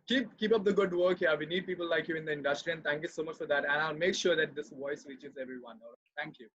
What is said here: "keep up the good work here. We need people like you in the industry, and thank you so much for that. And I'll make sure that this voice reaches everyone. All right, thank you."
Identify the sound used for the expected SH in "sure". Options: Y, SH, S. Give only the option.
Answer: SH